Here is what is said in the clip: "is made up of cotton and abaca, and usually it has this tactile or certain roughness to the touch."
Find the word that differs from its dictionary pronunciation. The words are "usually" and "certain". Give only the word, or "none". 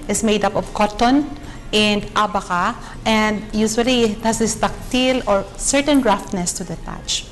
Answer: usually